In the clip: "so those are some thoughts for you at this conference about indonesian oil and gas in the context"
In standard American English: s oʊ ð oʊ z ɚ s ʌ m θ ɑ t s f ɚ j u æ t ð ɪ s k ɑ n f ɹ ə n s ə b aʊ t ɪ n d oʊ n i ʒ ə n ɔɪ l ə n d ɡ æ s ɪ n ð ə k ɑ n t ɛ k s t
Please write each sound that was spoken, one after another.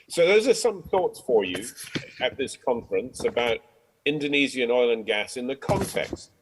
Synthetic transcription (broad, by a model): s oʊ ð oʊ z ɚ s ʌ m θ ɑ t s f ɚ j u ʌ t ð ɪ s k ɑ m f ɹ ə n s ə b aʊ t ɪ n d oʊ n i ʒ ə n ɔɪ l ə n ɡ æ s ɪ n ð ə k ɑ n t ɛ k s t